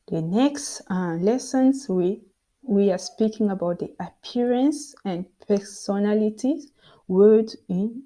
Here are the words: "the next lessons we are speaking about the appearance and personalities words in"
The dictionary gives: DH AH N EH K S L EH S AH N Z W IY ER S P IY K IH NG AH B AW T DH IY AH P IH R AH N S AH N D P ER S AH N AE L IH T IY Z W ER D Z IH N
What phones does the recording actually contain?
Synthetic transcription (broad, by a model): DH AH N EH K S L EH S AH N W W IY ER S P IY K IH NG AH B AW T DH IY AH P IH R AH N S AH N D P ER S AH N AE L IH T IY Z W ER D IH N